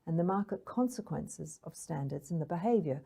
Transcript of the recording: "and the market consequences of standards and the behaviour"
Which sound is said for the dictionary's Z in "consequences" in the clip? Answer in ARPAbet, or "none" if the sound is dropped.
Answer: Z